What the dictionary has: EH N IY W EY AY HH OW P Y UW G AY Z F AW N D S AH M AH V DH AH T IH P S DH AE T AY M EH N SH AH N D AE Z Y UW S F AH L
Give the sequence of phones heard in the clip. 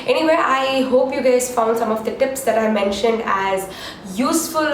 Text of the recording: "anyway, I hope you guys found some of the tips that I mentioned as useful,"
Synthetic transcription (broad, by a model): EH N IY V EY AY HH OW P Y UW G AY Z F AW N D S AH M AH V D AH T IH P S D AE T AY M EH N SH AH N D AE Z Y UW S F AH L